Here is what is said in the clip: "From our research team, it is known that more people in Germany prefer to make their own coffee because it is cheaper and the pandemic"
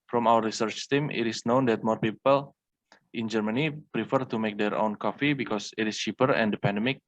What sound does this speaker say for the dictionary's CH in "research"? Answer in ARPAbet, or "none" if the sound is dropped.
CH